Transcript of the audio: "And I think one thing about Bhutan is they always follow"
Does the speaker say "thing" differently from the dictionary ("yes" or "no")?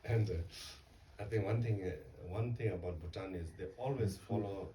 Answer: yes